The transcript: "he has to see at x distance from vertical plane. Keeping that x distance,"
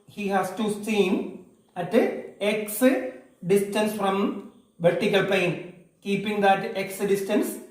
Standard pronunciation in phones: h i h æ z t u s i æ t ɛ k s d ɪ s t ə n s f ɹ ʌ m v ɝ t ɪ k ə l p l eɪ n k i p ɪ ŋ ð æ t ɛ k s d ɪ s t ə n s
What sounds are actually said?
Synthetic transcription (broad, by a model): h i h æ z t u s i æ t ɛ k s d ɪ s t ə n s f ɹ ʌ m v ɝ t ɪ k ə l p eɪ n k i p ɪ ŋ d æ t ɛ k s d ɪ s t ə n s